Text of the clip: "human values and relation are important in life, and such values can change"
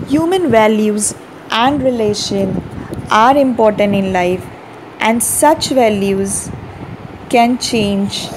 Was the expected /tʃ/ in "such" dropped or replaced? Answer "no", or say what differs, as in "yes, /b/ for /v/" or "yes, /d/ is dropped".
no